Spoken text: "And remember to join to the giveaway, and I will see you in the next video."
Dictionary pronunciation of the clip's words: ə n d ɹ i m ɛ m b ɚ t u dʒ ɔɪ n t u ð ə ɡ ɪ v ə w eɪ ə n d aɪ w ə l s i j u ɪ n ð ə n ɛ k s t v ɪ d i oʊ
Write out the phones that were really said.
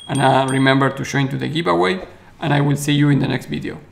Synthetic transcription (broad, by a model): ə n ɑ ɹ i m ɛ m b ɚ t u ʃ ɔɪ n t u ð ə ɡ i p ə w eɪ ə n aɪ w ə l s i j u ɪ n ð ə n ɛ k s t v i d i oʊ